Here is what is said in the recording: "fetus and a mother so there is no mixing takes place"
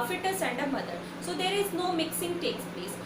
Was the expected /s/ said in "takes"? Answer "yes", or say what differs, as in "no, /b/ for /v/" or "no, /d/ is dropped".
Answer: yes